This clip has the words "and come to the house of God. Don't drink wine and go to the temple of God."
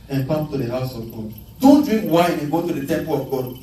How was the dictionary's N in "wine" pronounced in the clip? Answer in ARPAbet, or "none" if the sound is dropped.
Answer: none